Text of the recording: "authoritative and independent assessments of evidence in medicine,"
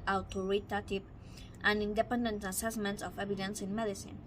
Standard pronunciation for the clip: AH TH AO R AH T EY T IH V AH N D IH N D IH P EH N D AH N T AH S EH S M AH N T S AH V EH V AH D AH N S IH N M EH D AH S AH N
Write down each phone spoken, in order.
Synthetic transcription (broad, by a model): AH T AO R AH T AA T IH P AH N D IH N D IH P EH N D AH N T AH S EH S M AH N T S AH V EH B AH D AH N S IH N M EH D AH S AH N